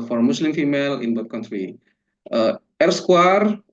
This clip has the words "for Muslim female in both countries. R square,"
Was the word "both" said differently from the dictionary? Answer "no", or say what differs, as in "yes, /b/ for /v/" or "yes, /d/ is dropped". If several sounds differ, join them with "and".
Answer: yes, /t/ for /θ/